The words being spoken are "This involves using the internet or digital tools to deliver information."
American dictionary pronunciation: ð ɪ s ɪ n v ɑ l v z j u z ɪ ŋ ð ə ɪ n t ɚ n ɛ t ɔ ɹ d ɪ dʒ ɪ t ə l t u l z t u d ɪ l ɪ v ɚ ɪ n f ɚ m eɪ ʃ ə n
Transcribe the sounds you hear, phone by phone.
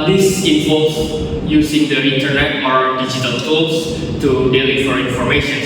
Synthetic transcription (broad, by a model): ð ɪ s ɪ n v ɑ l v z j u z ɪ ŋ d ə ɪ n t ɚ n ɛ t ɔ ɹ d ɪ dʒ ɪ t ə l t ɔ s t u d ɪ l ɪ f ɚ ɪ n f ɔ m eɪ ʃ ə n